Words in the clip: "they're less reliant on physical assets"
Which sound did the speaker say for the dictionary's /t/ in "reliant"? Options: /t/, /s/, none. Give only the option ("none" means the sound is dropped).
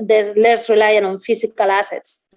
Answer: none